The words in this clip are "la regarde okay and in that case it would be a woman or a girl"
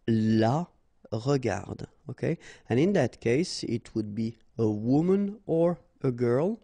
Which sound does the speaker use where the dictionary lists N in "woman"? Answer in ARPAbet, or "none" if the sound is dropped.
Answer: N